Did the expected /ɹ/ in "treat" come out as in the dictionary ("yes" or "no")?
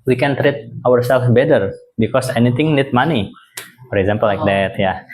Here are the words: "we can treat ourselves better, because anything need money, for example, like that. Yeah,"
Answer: yes